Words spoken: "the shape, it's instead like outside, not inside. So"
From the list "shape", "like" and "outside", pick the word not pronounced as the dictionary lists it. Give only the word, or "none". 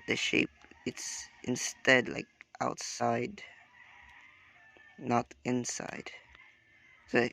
none